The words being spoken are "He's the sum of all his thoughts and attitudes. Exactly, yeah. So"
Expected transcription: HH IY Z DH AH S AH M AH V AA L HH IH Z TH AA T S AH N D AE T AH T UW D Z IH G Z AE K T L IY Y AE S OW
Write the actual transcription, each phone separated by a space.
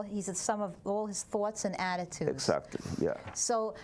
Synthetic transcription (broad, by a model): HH IY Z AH S AH M AH V AA L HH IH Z TH AA T S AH N AE T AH T UW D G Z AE K T L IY Y AE S OW